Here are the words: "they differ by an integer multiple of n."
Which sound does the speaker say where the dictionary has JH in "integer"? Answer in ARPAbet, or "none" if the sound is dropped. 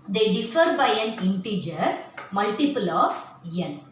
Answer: JH